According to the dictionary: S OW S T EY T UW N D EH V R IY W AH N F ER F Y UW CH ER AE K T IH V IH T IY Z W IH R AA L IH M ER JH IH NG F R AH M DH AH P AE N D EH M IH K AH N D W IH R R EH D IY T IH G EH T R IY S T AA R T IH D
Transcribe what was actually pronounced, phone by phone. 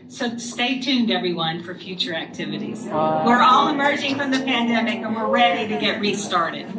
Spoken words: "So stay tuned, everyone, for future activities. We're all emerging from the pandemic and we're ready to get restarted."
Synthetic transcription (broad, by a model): S OW S T EY T UW N D EH V R IY W AH N F ER F Y UW CH ER AE K T IH V IH T IY Z W IH R AA L IH M ER JH IH NG F R AH M DH AH P AE N D EH M IH K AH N W IH R R EH D IY T IH G EH T R IY S T AA R T IH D